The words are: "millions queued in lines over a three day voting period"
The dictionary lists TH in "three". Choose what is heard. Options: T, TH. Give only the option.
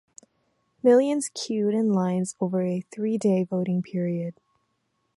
TH